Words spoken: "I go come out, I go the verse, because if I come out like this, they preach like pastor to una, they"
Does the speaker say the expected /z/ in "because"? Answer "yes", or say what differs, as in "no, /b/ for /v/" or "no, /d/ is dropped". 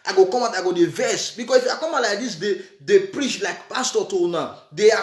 no, /s/ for /z/